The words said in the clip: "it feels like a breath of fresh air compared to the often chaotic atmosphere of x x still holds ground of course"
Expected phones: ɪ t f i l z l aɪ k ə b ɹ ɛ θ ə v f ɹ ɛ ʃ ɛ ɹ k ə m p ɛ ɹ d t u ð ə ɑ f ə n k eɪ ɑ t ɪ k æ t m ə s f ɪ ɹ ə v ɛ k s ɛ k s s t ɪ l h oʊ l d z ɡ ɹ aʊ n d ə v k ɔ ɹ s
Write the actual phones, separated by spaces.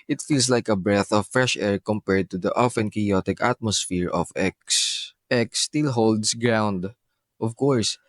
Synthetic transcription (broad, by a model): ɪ t f i l s l aɪ k ə b ɹ ɛ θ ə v f ɹ ɛ ʃ ɛ ɹ k ə m p ɛ ɹ d t u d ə ɑ f ə n k eɪ ɑ t ɪ k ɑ t m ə s f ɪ ɹ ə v ɛ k s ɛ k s s t ɪ l h oʊ l d s ɡ ɹ aʊ n d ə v k ɔ ɹ s